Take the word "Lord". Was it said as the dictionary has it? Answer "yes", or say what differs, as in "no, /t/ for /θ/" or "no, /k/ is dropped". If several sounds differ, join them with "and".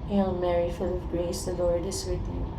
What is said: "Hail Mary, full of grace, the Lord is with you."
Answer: yes